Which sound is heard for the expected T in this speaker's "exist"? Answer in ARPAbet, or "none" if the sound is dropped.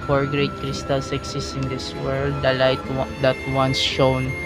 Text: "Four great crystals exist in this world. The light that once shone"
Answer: none